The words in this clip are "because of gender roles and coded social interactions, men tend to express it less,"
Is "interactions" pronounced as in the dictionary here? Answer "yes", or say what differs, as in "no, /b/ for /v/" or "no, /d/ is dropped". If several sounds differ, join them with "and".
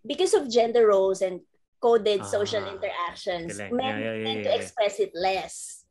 no, /s/ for /z/